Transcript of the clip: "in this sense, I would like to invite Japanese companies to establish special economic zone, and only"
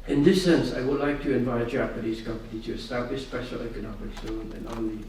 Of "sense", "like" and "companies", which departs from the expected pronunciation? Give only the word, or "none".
companies